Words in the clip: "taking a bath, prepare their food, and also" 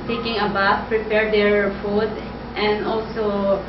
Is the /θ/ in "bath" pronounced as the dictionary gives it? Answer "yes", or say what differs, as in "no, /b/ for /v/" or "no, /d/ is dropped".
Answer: no, /f/ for /θ/